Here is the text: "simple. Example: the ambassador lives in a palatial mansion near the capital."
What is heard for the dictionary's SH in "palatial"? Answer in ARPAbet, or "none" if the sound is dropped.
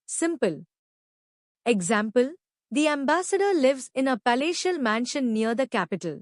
SH